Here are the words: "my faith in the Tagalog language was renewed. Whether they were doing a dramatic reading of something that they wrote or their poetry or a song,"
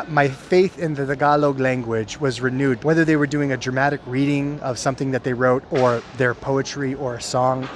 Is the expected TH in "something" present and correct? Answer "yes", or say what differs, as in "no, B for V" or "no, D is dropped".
yes